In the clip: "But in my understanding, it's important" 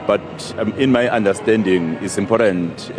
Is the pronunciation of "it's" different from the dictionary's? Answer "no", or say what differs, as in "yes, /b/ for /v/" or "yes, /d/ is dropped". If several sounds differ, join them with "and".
no